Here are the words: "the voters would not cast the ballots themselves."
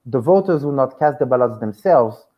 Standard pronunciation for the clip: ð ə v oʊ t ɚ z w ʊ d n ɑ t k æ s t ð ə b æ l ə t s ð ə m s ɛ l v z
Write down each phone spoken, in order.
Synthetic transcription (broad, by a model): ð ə v oʊ t ɚ z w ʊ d n ɑ t k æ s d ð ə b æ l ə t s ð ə m s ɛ l v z